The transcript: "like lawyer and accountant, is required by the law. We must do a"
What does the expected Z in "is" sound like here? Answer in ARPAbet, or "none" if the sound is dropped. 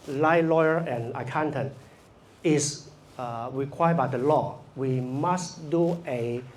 S